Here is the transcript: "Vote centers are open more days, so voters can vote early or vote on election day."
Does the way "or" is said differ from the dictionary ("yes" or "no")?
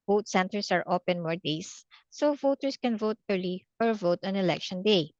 no